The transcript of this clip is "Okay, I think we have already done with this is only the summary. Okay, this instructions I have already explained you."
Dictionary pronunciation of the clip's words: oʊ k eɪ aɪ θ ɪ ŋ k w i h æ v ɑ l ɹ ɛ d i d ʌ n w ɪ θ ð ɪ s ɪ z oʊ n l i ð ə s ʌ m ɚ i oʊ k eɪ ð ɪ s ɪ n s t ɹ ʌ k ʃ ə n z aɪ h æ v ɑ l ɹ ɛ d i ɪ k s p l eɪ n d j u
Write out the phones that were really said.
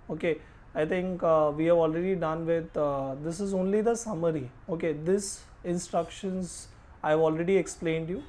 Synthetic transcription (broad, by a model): oʊ k eɪ aɪ t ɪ ŋ k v i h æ v ɑ l ɹ ɛ d i d ʌ n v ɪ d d ɪ s ɪ z oʊ n l i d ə s ʌ m ɚ i oʊ k eɪ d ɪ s ɪ n s t ɹ ʌ k ʃ ə n z aɪ v ɑ l ɹ ɛ d i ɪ k s p l eɪ n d j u